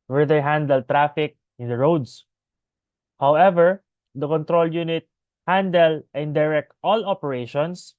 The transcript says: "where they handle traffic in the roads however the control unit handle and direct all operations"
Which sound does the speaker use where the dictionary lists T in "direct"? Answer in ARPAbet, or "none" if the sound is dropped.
T